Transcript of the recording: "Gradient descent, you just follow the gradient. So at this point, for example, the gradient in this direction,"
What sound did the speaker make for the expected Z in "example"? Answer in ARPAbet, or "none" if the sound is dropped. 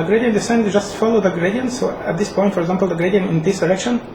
Z